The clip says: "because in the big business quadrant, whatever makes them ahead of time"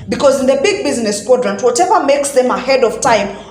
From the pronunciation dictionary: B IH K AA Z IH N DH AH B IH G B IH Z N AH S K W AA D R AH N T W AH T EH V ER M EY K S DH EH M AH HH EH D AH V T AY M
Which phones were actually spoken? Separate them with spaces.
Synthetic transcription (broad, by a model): B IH K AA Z IH N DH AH B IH G B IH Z N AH S K W AA D R AH N T W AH T EH V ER M EY K S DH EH M AH HH EH D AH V T AY M